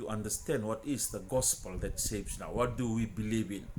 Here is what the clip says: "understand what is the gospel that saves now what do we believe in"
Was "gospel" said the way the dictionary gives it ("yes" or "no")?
yes